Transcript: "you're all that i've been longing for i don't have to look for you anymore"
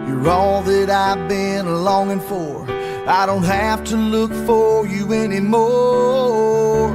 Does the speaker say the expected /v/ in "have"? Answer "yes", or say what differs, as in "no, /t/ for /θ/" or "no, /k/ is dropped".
no, /f/ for /v/